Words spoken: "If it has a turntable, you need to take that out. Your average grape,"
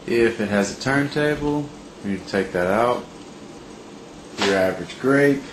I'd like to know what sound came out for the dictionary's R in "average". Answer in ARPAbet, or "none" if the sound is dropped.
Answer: R